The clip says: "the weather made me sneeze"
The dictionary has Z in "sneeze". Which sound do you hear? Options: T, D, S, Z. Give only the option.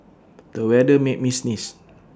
S